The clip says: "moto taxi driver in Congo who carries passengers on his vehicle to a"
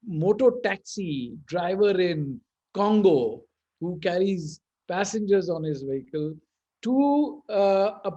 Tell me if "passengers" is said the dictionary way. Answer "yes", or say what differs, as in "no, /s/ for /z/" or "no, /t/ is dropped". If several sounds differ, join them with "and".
yes